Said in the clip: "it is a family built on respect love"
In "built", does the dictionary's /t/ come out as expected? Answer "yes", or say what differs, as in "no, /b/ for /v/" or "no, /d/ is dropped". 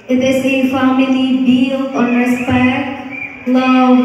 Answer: no, /t/ is dropped